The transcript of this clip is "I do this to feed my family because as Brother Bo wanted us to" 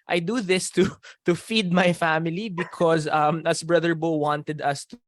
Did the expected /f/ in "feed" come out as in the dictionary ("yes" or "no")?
yes